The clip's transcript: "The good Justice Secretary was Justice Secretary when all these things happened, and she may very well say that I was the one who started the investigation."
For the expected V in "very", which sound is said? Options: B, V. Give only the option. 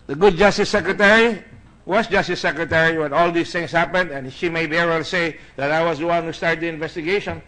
B